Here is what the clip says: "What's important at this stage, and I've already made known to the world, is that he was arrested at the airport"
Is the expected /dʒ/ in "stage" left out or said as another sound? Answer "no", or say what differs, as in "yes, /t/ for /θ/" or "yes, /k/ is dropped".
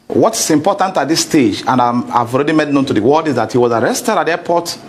no